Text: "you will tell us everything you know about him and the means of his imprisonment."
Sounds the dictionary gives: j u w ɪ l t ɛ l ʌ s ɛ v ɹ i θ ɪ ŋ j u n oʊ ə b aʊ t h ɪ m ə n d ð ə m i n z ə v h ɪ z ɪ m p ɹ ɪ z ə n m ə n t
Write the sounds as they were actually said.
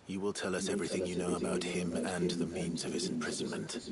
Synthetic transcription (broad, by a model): j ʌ w ɪ l t ɛ l ʌ s ɛ v ɹ i θ ɪ ŋ j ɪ n oʊ ə b aʊ t h ɪ m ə n ð ə m i n z ə v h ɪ z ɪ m p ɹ ɪ z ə n m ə n t